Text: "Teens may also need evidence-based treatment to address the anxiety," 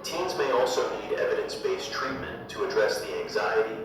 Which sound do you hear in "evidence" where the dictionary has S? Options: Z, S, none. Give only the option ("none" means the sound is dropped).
S